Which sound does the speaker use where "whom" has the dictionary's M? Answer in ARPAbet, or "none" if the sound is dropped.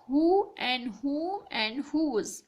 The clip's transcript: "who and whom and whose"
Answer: none